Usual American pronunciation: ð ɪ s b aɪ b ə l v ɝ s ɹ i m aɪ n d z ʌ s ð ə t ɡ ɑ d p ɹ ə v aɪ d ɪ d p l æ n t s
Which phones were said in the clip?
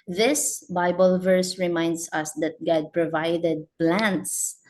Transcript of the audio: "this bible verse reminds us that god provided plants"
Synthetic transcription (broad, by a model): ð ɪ s b aɪ b ə l v ɝ s ɹ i m aɪ n d s ʌ s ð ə t ɡ ɑ d p ɹ ə v aɪ d ɪ d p l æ n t s